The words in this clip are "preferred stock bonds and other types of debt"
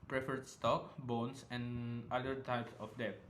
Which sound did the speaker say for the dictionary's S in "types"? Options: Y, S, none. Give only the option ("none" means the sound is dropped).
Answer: S